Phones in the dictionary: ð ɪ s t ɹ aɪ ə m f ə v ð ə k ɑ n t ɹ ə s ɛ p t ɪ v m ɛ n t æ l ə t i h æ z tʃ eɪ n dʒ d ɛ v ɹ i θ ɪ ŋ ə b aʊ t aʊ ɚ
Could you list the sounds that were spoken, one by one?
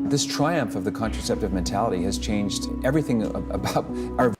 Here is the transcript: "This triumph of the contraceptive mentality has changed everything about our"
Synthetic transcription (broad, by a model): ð ɪ s t ɹ aɪ ə m f ə v ð ə k ɑ n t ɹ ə s ɛ p t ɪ v m ɛ n t æ l ə t i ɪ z tʃ eɪ n dʒ d ɛ v ɹ i θ ɪ ŋ ə b aʊ t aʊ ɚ